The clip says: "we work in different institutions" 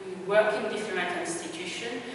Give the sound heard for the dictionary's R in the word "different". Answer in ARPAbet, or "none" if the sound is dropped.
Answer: L